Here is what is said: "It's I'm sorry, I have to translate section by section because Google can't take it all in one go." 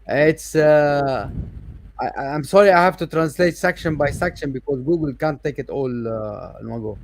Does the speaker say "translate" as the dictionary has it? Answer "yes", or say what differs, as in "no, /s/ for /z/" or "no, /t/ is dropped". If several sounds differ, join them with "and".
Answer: yes